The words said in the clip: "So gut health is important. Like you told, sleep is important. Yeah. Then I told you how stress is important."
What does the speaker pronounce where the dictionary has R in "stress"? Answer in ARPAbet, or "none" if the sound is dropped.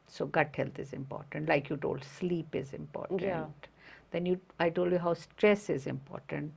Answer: R